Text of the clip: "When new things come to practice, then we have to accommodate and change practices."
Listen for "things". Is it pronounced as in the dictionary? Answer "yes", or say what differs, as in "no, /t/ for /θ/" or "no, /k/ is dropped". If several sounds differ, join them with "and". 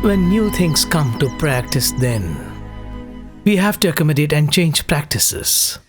no, /t/ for /θ/